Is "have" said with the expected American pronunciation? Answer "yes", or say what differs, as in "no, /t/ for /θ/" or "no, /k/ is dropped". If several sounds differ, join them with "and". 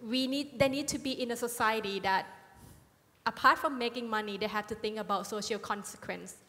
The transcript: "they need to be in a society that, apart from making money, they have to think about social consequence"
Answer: no, /f/ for /v/